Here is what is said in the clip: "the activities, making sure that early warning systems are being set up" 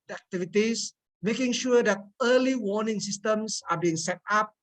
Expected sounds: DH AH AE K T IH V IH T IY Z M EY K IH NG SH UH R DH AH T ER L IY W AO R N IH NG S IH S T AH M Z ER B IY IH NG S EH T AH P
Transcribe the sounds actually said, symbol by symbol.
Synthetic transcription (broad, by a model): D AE K T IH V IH T IY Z M EY K IH NG SH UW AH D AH T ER L IY W AO N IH NG S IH S T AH M S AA B IY IH NG S EH T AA P